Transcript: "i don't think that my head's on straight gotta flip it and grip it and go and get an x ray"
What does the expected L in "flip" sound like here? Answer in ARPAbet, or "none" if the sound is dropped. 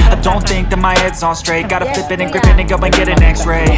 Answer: none